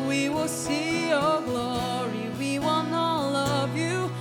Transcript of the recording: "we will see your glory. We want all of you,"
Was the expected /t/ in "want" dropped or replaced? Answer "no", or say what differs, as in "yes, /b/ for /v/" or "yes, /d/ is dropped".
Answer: yes, /t/ is dropped